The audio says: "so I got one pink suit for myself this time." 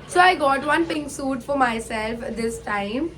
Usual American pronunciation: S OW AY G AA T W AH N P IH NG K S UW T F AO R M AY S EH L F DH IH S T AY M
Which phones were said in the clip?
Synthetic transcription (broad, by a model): S OW AY G AA T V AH N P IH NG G S UW T F AO R M AY S EH L F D IH S T AY M